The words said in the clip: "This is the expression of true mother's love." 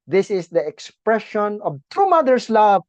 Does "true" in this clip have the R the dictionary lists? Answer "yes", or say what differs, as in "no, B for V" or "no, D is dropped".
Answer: no, R is dropped